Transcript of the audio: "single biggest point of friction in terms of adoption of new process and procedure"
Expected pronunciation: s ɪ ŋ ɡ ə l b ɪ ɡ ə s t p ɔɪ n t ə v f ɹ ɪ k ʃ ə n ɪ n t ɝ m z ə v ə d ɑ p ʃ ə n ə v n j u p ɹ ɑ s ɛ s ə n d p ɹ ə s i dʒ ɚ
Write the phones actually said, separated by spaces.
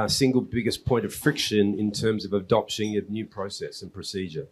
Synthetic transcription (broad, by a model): s ɪ ŋ ɡ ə l b ɪ ɡ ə s p ɔɪ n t ə v f ɹ ɪ k ʃ ə n ɪ n t ɝ m z ə v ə d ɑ p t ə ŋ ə n j u p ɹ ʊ s ɛ s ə n p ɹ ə s i dʒ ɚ